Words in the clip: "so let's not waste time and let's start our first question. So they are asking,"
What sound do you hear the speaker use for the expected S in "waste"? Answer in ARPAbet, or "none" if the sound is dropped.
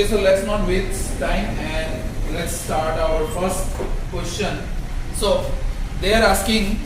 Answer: none